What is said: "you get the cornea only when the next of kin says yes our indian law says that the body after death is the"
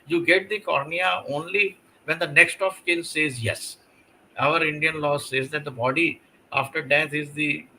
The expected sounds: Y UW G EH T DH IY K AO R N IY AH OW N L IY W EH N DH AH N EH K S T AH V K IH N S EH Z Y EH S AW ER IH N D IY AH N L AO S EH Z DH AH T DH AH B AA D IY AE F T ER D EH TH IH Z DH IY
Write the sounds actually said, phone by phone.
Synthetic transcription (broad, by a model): Y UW G EH T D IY K AO R N IY AH OW N L IY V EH N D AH N EH K S T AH F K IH L S EH Z Y EH S AW ER IH N D IY AH N L AO S EH Z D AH T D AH B AA D IY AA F T ER D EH S IH Z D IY